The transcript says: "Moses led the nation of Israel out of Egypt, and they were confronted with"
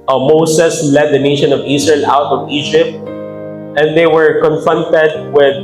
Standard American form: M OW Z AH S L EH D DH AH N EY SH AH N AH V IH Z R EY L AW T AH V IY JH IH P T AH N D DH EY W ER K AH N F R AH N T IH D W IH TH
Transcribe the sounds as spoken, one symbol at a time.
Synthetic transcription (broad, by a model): M OW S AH S L EH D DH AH N EY SH AH N AH V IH S R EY L AW T AH V IY JH IH P T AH N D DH EY W ER K AH N F R AH N T IH D W IH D